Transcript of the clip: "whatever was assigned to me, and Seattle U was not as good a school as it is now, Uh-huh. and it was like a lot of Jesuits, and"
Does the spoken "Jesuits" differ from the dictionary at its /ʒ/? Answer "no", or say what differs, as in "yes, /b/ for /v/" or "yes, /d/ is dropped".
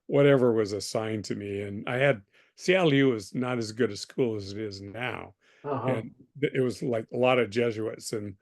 no